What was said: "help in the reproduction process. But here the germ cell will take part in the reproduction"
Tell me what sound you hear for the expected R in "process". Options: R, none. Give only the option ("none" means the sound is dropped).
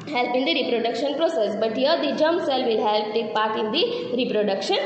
R